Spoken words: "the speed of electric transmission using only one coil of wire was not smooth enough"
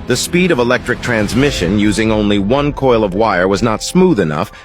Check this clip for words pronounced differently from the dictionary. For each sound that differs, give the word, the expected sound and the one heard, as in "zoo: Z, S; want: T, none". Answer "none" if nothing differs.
none